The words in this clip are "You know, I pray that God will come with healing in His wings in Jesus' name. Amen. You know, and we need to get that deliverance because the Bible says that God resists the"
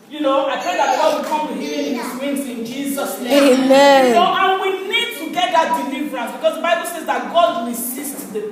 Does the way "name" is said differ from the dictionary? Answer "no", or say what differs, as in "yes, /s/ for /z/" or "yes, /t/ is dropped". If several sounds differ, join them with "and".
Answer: yes, /m/ is dropped